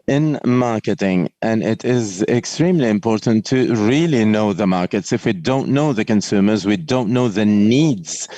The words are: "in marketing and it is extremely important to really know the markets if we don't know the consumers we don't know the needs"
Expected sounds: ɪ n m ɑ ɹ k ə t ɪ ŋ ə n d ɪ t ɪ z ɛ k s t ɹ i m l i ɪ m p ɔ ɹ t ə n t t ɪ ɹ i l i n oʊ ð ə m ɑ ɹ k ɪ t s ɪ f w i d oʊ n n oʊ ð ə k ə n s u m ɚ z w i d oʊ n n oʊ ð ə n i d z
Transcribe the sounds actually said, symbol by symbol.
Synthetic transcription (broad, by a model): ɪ n m ɑ ɹ k ə t ɪ ŋ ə n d ɪ t ɪ z ɛ k s t ɹ i m l i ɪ m p ɔ ɹ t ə n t t ɪ ɹ i l i n oʊ ð ə m ɑ ɹ k ɪ t s ɪ f w i d oʊ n n oʊ ð ə k ə n s u m ɚ z w i d oʊ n n oʊ ð ə n i d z